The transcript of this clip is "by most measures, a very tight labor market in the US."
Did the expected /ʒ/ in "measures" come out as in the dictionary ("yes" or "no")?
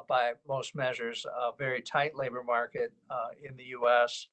yes